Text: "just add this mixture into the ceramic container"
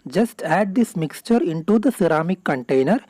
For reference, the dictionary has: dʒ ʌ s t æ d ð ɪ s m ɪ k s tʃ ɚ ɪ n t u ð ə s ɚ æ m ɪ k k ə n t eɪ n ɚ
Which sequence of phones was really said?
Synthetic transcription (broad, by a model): dʒ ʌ s t æ d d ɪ s m ɪ k s tʃ ɚ ɪ n t u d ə s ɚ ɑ m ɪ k k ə n t eɪ n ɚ